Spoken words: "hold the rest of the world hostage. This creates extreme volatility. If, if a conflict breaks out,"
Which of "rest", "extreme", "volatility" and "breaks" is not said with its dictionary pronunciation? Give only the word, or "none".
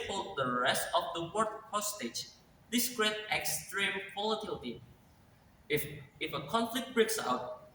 volatility